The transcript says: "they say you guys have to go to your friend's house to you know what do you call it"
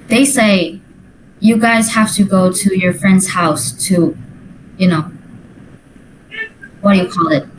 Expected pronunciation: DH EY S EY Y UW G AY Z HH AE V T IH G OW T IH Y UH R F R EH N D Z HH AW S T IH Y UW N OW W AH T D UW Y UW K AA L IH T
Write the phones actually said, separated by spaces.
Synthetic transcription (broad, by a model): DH EY S EY Y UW G AY Z HH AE F T IH G OW T IH Y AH R F R EH N D Z HH AW S T IH Y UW N OW W AH T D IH Y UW K AA L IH T